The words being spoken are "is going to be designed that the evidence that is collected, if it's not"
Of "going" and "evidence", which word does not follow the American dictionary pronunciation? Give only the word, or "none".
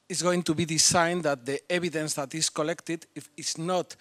evidence